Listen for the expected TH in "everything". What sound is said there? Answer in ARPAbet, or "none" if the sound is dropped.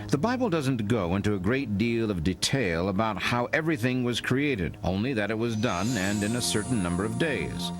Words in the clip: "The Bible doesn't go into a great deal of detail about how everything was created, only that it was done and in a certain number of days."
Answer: TH